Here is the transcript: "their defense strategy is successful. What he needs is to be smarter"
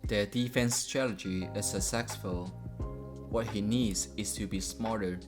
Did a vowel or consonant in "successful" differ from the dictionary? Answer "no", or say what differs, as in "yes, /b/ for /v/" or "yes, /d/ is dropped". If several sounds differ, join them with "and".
yes, /k/ is dropped